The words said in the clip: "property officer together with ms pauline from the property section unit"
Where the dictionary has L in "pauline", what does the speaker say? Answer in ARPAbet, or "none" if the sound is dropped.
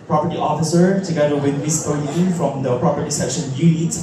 N